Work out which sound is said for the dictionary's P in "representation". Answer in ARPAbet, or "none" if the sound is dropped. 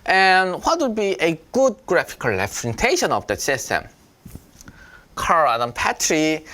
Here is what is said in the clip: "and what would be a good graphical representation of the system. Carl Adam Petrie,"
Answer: F